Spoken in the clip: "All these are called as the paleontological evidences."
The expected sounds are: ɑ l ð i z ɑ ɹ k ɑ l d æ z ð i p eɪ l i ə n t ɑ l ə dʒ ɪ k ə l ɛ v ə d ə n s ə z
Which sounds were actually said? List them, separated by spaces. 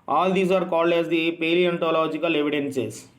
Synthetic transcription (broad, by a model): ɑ l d i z ɑ ɹ k ɑ l d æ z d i p eɪ l i ə n t ɑ l ə dʒ ɪ k ə l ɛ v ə d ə n s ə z